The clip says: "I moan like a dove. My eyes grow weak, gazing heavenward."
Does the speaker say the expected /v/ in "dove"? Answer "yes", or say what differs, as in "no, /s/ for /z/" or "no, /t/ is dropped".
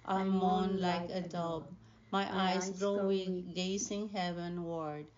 no, /b/ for /v/